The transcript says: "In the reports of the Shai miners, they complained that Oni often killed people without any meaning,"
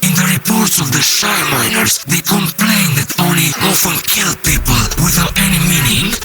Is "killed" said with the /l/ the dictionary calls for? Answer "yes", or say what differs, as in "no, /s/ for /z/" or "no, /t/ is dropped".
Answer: yes